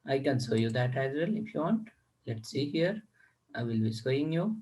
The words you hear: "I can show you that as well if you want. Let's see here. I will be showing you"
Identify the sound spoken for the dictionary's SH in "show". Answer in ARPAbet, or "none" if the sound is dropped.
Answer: S